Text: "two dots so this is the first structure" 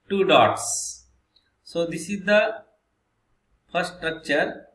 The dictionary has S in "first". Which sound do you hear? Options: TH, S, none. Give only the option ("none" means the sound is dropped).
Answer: none